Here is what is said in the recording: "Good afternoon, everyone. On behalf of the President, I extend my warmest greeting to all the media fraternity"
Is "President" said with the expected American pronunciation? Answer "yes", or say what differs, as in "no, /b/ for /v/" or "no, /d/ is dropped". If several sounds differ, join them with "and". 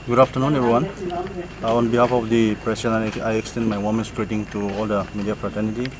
no, /s/ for /z/